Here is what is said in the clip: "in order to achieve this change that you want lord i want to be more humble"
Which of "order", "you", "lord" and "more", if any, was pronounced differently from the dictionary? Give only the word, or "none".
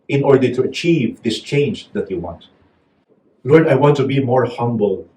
none